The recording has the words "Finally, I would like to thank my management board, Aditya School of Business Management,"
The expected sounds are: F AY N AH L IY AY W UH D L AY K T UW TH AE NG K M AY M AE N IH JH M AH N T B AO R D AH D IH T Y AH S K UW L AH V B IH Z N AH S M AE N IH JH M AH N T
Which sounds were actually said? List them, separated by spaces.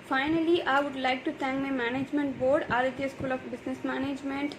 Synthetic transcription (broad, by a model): F AY N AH L IY AY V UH D L AY K T UW T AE NG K M AY M AE N IH JH M AH N T B AO R D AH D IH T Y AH S K UW L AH F B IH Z N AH S M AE N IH JH M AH N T